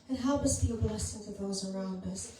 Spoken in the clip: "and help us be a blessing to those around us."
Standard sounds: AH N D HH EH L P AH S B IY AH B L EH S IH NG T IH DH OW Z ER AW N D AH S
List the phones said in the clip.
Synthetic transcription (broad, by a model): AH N HH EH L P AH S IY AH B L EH S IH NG T IH DH OW Z ER AW N D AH S